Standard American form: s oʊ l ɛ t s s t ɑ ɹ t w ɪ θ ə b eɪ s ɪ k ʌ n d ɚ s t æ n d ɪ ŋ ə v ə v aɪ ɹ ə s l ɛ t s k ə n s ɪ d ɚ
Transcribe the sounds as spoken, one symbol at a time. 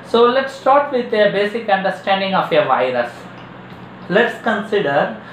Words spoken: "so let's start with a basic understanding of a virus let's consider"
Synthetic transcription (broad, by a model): s oʊ l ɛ t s s t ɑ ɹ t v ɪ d ə b eɪ s ɪ k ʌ n d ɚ s t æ n d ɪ ŋ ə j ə v aɪ ɹ ə s l ɛ t s k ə n s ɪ d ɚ